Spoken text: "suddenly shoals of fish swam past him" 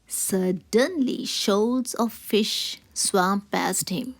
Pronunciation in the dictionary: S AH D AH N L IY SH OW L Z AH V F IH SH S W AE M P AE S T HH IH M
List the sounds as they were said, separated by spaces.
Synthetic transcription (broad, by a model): S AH D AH N L IY SH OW Z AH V F IH SH S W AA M P AE S T HH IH M